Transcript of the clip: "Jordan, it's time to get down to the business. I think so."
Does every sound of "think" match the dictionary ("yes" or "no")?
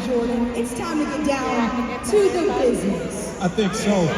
yes